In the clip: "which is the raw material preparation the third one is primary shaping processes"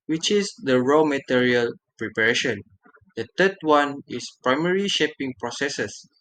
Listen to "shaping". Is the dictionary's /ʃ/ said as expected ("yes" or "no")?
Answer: yes